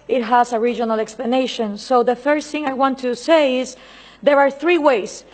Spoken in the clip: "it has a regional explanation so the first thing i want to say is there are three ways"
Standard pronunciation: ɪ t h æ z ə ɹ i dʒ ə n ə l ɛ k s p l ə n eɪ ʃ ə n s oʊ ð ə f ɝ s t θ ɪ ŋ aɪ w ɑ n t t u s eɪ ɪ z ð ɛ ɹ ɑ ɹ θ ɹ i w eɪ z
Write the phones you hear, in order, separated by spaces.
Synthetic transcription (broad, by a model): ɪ t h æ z ə ɹ i dʒ ə n ə l ɛ k s p l ə n eɪ ʃ ə n s oʊ ð ə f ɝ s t θ ɪ ŋ aɪ w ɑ n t t u s eɪ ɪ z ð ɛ ɹ ɑ ɹ θ ɹ i w eɪ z